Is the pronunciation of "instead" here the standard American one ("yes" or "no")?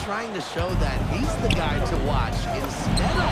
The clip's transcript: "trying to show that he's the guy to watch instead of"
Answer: no